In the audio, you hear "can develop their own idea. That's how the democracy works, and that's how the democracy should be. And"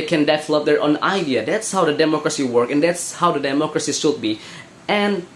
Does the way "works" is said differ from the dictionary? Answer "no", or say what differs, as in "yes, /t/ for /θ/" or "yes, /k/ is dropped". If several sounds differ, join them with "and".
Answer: yes, /s/ is dropped